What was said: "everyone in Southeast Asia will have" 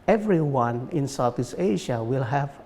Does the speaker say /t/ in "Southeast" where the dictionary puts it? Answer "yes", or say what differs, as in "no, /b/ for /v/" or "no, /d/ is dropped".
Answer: no, /t/ is dropped